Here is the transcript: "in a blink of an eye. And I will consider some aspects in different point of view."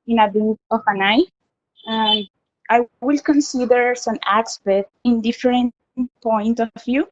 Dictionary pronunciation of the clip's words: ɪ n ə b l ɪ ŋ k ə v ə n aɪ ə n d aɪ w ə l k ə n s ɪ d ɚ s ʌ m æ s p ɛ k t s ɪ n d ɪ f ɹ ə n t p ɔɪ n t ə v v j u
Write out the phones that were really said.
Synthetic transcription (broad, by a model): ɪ n ə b ɪ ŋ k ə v ə n aɪ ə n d aɪ w ə l k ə n s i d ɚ s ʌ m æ s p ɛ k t ɪ n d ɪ f ɹ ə n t p ɔɪ n t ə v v j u